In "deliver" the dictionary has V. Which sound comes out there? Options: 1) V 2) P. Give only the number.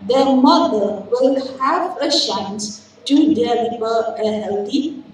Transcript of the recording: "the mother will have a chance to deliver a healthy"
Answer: 2